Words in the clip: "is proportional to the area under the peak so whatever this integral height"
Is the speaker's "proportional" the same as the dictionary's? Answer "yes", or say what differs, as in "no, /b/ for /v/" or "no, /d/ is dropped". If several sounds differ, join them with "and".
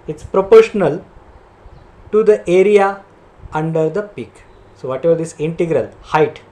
yes